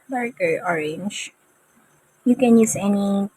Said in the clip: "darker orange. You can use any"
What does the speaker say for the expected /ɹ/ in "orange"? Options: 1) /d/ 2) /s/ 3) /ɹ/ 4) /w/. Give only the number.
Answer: 3